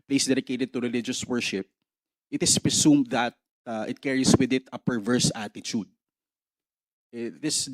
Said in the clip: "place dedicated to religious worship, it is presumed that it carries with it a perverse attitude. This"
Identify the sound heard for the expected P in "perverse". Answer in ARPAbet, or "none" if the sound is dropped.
P